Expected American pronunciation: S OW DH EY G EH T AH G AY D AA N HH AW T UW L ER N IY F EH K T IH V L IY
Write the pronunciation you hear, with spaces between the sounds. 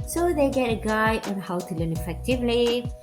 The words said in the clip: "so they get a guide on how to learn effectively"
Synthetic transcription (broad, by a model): S OW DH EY G EH T AH G AY AA N HH AW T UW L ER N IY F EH K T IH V L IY